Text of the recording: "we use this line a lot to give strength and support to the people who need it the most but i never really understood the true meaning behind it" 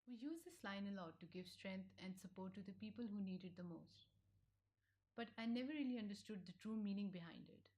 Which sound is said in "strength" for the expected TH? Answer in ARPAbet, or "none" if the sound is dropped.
T